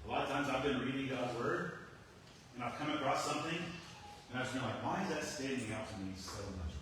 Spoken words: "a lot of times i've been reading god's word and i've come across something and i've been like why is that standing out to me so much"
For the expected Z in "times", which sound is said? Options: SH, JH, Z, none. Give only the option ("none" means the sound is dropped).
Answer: Z